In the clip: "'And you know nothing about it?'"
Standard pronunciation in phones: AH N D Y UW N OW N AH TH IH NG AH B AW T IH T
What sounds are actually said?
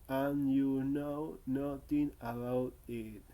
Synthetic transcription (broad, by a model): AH N Y UW N OW N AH T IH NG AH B AW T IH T